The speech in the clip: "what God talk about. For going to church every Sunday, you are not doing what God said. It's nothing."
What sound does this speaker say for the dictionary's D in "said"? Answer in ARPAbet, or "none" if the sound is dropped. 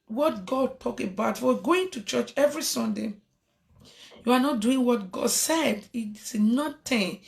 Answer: D